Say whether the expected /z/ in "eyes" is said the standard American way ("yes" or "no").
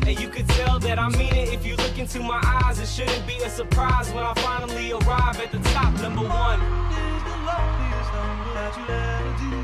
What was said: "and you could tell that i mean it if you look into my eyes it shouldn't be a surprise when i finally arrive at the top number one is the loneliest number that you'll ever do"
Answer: yes